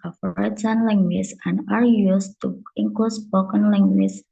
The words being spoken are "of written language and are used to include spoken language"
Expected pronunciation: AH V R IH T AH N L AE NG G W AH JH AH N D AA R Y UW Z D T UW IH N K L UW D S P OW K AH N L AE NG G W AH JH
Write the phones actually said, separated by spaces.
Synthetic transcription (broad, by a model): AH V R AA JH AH N L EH NG G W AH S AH N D AA R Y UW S T UW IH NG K UW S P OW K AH N L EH NG G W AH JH